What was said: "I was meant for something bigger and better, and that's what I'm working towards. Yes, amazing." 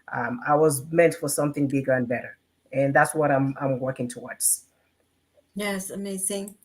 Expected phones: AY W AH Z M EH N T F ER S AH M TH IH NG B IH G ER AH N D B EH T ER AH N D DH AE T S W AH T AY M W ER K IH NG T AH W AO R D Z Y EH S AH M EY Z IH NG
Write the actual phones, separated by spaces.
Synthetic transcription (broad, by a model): AY W AH Z M EH N T F ER S AH M TH IH NG B IH G ER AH N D B EH T ER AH N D DH AE T S W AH T AY M W ER K IH NG T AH W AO R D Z Y EH S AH M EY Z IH NG